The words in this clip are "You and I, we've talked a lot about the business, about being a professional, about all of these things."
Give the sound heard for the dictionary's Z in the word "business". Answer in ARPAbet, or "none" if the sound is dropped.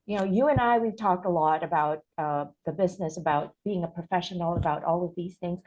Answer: Z